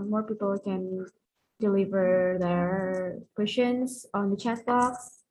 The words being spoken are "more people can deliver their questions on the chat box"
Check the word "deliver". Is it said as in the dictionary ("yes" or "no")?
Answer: yes